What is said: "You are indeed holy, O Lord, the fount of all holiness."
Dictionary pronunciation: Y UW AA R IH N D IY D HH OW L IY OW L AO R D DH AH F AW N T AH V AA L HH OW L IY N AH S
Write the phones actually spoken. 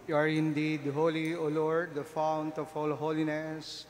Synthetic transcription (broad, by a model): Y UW AA R IH N D IY D HH OW L IY OW L AO R D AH F AW N T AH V AA L HH OW L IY N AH S